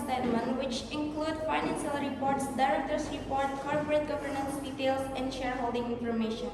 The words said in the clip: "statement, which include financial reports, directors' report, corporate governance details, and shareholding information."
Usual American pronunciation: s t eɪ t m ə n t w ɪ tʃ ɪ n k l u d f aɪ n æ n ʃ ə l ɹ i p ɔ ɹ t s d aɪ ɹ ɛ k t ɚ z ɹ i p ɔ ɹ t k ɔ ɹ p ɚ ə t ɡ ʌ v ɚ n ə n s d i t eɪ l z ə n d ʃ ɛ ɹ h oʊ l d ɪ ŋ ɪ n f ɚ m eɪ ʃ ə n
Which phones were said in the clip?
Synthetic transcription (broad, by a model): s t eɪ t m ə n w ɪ tʃ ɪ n k l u d f aɪ n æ n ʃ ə l ɹ i p ɔ ɹ t s d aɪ ɹ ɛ k t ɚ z ɹ i p ɔ ɹ t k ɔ ɹ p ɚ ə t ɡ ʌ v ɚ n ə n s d i t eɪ l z ə n d ʃ ɛ ɹ h oʊ l d ɪ ŋ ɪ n f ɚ m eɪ ʃ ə n